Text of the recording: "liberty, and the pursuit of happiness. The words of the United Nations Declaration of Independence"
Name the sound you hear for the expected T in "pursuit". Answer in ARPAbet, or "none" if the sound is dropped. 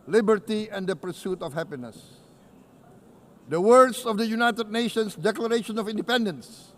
T